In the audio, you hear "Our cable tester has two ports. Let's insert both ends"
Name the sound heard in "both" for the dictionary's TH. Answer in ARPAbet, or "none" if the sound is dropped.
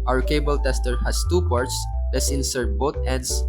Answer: T